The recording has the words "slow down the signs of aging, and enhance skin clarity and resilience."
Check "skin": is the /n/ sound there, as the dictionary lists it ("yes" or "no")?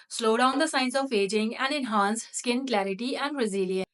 yes